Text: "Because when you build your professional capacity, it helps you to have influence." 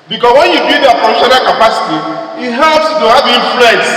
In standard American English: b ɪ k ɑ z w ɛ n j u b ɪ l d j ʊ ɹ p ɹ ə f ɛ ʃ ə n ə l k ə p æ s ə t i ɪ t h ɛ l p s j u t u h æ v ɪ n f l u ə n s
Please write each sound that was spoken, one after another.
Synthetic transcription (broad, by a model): b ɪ k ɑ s w ɛ n j u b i d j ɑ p ə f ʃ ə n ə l k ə p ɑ s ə t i ɪ t h ɛ l p s t u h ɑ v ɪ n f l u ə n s